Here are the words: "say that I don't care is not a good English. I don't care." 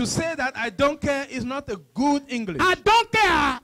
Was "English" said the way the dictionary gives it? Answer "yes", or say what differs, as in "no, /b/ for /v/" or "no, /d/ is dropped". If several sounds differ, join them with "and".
no, /ʃ/ is dropped